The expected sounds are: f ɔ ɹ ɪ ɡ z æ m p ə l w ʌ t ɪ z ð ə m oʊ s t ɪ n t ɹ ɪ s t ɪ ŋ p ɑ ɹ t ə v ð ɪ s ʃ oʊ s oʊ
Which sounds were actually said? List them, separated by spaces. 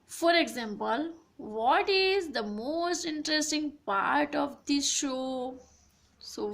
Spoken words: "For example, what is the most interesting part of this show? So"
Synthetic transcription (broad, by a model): f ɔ ɹ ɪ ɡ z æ m p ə l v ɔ t ɪ z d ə m oʊ s t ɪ n t ɹ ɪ s t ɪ ŋ p ɑ ɹ t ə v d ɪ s ʃ oʊ s oʊ